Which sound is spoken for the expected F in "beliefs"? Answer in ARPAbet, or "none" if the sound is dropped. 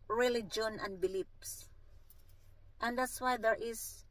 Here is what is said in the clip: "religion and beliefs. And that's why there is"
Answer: P